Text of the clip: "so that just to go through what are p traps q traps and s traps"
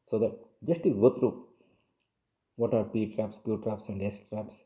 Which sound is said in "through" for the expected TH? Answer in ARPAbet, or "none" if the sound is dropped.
T